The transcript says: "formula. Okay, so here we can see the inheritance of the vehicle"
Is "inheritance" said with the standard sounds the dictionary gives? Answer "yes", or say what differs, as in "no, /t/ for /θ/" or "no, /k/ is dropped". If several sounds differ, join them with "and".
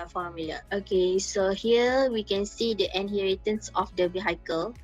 yes